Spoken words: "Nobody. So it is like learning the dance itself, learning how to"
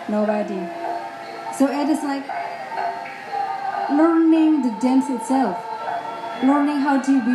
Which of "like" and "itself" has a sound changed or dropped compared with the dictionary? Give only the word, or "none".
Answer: none